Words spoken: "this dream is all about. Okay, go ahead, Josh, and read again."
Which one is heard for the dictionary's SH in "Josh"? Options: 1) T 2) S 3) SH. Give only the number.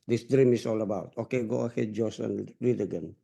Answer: 2